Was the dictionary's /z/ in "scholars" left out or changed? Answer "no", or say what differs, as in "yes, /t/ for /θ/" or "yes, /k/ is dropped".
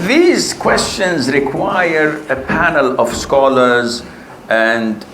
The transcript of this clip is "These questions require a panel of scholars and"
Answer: no